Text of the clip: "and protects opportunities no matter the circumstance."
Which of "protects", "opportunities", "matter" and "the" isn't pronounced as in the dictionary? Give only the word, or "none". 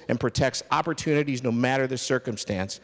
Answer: none